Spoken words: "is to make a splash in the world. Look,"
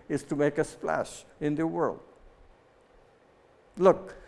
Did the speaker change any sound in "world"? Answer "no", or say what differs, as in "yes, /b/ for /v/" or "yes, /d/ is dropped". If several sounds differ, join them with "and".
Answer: no